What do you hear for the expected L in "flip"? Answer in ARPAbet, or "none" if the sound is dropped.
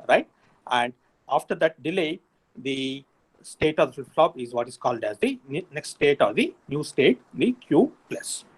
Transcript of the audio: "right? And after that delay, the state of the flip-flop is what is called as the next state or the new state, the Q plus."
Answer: none